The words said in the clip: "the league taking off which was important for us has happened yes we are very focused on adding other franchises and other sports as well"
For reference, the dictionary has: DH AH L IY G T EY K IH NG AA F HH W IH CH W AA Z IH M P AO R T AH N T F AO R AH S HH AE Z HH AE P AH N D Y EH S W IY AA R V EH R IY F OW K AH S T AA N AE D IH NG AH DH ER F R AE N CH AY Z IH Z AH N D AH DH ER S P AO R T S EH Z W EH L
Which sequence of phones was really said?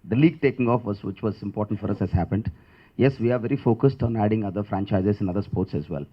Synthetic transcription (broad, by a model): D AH L IY G T EY K IH NG AA F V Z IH CH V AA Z IH M P AO R T AH N T F AO R AH S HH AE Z HH AE P AH N D Y EH S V IY AA R V EH R IY F OW K AH S T AA N AE D IH NG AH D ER F R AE N CH AY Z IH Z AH N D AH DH ER S P AO R T S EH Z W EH L